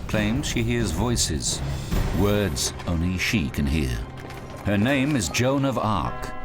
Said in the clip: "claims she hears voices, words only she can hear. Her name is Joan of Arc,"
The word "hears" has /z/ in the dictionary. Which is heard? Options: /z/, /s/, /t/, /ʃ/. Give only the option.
/z/